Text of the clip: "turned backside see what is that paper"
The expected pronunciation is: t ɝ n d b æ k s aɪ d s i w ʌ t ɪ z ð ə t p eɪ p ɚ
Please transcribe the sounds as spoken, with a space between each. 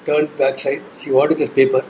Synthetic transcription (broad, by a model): t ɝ n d b æ k s aɪ d ʃ i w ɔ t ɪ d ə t p eɪ p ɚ